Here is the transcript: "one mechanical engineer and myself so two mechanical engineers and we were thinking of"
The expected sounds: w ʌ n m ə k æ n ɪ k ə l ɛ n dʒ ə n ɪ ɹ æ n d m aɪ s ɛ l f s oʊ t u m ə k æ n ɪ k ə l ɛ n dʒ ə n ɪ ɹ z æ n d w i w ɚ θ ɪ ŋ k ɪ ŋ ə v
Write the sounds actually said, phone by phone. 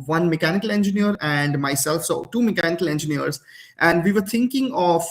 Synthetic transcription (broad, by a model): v ʌ n m ə k æ n ɪ k ə l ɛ n dʒ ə n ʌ ɹ æ n d m aɪ s ɛ l f s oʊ t u m ə k æ n ɪ k ə l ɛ n dʒ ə n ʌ ɹ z æ n d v i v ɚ t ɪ ŋ k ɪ ŋ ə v